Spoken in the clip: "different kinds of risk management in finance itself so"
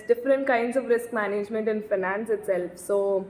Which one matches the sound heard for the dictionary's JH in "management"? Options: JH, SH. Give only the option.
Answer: JH